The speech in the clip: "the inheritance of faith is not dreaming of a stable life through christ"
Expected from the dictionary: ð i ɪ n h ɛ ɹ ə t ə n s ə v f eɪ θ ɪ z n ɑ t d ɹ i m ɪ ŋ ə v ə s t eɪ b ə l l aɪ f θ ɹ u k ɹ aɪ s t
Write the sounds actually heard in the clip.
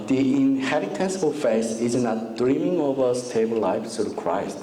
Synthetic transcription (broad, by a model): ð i ɪ n h ɛ ɹ ə t ə n s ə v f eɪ s ɪ z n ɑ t d ɹ i m ɪ ŋ ə v ə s t eɪ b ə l l aɪ f s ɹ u k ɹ aɪ s t